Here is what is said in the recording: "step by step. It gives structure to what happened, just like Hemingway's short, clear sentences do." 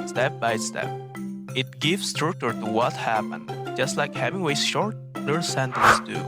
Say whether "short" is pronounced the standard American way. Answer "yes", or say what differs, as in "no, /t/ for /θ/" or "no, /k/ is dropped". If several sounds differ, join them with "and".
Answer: yes